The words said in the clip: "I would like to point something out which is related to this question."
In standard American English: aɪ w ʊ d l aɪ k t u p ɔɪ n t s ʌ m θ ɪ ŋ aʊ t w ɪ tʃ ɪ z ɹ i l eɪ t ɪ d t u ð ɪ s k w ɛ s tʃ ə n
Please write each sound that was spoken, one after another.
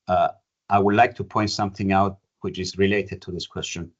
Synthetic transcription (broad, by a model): aɪ w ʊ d l aɪ k t u p ɔɪ n t s ʌ m θ ɪ ŋ aʊ t w ɪ tʃ ɪ z ɹ i l eɪ t ɪ d t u ð ɪ s k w ɛ s tʃ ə n